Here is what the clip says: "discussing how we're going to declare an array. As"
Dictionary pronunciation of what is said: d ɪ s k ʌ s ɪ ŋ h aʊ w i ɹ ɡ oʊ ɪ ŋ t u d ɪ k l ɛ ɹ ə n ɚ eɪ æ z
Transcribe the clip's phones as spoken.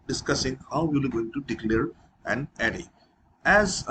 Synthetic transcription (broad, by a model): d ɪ s k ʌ s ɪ ŋ h aʊ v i l ɡ oʊ ɪ ŋ t u d ɪ k l ɛ ɹ ə n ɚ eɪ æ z